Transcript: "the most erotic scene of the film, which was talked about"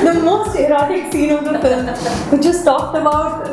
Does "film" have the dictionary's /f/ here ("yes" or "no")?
no